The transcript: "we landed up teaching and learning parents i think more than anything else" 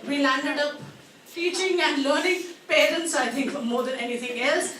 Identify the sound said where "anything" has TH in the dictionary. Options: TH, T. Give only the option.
T